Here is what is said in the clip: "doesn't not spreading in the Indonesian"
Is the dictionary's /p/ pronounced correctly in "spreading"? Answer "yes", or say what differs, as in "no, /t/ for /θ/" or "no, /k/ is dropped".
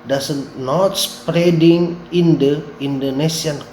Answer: yes